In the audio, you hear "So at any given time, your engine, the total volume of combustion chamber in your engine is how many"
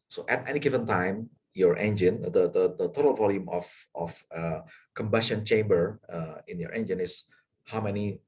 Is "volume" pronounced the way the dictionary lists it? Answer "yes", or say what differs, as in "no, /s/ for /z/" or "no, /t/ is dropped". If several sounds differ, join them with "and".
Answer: yes